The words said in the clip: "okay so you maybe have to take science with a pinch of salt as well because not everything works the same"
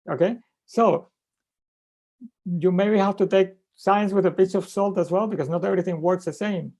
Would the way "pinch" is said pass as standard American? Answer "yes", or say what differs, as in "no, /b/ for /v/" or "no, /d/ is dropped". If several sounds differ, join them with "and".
no, /n/ is dropped